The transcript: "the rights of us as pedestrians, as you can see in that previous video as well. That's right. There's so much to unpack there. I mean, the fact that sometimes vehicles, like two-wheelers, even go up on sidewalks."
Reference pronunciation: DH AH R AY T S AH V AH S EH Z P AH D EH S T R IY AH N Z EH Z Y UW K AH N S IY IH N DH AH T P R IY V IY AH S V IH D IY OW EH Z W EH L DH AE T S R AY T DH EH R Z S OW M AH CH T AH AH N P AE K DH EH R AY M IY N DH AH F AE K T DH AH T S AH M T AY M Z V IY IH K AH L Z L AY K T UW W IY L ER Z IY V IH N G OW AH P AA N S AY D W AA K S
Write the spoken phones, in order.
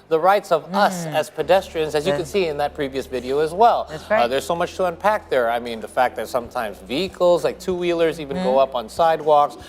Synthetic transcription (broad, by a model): DH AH R AY T S AH V AH S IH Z P AH D EH S T R IY AH N Z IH Z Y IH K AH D S IY IH N DH AH T P R IY V IY AH S V IH D IY OW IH Z W EH L DH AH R R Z S OW M AH CH T AH AH N P AE K DH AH R AY M IY N DH AH F AE K DH AH T S AH M T AY M Z V IY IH K L Z L AY K T UW W IY L ER Z IY V IH N G OW AH P N S AY D W AA K S